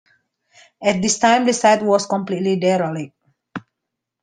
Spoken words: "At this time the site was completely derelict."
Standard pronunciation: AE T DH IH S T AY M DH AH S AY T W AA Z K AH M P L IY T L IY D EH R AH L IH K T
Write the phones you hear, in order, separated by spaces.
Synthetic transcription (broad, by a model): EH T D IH S T AY M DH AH S AY T W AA S K AH M P L IY T L IY D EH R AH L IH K